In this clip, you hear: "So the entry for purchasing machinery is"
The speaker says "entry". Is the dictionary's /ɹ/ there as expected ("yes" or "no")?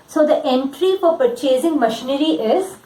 yes